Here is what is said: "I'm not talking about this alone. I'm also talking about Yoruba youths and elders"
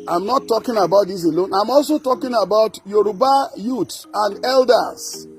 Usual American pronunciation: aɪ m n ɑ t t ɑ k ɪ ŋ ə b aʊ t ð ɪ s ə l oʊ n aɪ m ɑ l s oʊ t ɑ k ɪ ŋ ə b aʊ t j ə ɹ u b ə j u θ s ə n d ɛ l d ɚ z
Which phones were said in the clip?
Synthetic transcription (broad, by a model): aɪ m n ɑ t t ɑ k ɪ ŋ ə b aʊ t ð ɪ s ə l oʊ n aɪ m ɑ l s oʊ t ɑ k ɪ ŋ ə b aʊ t j ə ɹ u b ə j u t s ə n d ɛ l d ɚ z